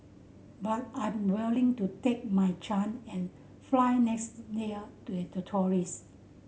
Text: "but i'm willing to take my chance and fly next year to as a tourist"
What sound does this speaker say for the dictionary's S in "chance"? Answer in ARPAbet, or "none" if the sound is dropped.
none